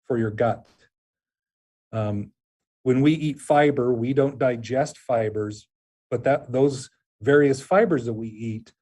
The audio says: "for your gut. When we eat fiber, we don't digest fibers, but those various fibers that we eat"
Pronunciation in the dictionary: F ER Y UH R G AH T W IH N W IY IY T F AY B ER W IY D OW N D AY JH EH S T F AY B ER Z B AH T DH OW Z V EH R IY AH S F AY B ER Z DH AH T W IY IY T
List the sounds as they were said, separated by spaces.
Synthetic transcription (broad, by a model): F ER Y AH R G AH T W IH N W IY IY T F AY B ER W IY D OW N D AY JH EH S T F AY B ER Z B AH T DH OW Z V EH R IY AH S F AY B ER Z DH AH T W IY IY T